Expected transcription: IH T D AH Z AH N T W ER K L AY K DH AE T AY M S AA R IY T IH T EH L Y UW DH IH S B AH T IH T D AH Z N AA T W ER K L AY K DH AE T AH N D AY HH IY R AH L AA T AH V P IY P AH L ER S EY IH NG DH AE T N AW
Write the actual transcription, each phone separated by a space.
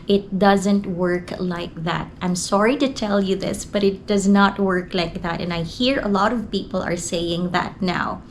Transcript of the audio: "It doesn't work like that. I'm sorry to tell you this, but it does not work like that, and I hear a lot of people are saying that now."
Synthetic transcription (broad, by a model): IH T D AH Z AH N T W ER K L AY K DH AE T AY M S AA R IY T IH T EH L Y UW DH IH S B AH T IH T D AH Z N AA T W ER K L AY K DH AE T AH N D AY HH IY R AH L AA T AH V P IY P AH L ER S EY IH NG DH AE T N AW